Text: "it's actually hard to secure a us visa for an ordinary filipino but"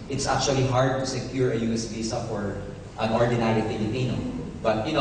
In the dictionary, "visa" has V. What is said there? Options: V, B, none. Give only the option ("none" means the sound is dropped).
B